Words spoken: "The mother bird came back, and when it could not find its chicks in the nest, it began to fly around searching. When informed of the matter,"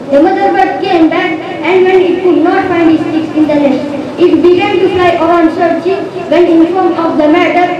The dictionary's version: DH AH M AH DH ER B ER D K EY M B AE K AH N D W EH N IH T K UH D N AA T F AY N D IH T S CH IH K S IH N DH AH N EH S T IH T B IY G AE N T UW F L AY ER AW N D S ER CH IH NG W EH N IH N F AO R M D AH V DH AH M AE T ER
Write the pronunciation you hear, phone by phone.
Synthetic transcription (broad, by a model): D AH M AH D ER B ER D K EY M B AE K AH N D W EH N IH T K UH D N AA T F AY N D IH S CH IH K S IH N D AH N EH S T IH T B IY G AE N T UW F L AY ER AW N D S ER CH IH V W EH N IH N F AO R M AH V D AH M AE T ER